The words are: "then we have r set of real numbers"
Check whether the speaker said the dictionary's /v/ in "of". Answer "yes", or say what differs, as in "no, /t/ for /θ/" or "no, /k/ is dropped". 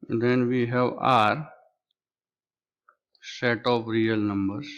no, /p/ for /v/